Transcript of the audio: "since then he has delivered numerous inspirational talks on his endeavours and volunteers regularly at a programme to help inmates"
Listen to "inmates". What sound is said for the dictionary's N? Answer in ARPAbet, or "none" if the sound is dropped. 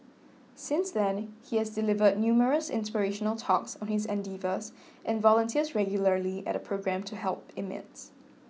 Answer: none